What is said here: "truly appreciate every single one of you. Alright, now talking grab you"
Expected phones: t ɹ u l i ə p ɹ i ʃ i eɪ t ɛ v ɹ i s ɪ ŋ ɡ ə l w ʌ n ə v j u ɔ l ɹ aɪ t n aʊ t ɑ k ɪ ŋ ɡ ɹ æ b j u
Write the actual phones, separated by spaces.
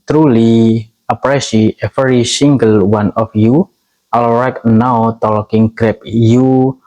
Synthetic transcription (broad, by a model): t ɹ u l i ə p ɹ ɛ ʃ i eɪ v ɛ ɹ i s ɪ ŋ ɡ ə l w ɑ n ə f j u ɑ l ɹ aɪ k n aʊ t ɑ k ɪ ŋ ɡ ɹ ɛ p j u